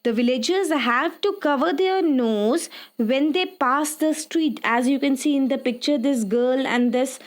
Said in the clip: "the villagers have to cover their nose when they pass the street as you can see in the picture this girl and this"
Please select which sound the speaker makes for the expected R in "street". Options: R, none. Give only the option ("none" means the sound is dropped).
R